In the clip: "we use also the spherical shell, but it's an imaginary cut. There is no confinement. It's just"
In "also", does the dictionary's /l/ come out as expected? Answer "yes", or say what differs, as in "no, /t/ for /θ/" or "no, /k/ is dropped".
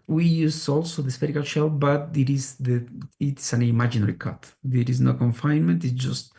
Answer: yes